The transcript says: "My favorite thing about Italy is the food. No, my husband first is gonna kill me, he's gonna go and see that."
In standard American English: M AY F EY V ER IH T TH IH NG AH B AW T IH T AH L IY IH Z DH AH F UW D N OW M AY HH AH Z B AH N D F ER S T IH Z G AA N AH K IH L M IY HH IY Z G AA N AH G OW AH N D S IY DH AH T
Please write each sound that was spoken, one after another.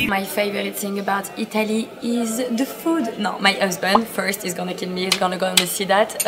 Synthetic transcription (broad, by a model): M AY F EY V ER IH T S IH NG AH B AW T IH T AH L IY IH Z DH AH F UW D N OW M AY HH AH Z B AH N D F ER S T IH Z G AA N AH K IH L M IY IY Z G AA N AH G OW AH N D S IY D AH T